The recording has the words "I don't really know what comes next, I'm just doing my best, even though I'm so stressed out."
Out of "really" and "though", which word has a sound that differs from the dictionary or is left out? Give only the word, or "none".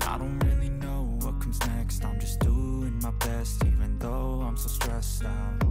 none